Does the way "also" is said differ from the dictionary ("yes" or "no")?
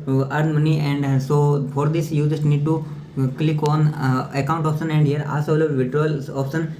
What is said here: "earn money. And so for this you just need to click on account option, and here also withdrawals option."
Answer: yes